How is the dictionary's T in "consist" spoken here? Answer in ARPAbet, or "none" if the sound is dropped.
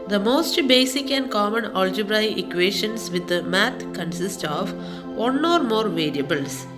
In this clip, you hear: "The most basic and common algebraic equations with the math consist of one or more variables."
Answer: T